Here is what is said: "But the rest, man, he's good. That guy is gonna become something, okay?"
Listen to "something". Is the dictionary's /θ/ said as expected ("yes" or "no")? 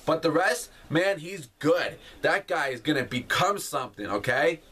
yes